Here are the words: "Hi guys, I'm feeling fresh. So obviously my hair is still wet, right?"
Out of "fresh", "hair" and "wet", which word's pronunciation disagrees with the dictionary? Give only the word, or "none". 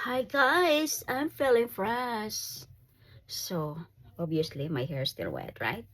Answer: fresh